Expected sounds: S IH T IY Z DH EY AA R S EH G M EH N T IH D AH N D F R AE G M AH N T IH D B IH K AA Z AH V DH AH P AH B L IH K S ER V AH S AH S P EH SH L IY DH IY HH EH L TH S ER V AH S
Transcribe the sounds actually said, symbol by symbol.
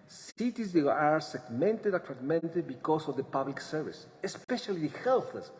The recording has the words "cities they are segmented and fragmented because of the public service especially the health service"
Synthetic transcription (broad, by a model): S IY T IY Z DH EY AA R S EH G M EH N T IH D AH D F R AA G M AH N T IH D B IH K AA S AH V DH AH P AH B L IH K S ER V AH S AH S P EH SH IY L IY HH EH L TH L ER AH S